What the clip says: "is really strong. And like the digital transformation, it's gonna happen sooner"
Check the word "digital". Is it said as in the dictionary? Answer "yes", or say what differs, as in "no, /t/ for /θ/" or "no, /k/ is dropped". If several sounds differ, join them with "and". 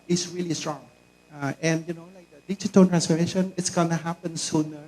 no, /n/ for /l/